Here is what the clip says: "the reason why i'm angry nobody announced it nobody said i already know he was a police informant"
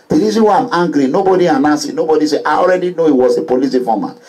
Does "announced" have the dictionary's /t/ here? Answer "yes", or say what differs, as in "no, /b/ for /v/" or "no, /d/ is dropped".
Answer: no, /t/ is dropped